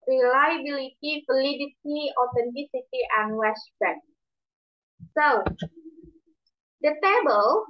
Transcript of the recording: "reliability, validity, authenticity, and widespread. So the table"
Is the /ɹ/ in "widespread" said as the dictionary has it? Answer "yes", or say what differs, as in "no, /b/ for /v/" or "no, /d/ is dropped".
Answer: no, /ɹ/ is dropped